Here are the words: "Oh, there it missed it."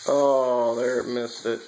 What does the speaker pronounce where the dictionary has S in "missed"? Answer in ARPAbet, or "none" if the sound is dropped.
S